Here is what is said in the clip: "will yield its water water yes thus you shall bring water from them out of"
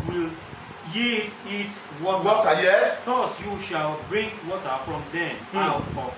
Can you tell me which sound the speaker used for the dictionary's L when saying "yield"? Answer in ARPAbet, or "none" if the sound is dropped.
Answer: none